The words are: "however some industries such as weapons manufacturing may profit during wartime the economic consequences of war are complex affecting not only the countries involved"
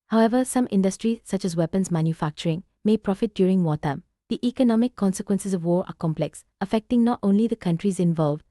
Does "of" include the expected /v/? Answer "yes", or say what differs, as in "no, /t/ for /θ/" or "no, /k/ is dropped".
yes